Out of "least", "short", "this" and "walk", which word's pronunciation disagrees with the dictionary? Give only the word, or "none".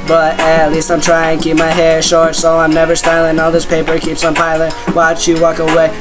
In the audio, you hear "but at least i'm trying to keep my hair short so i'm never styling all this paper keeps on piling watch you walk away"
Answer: none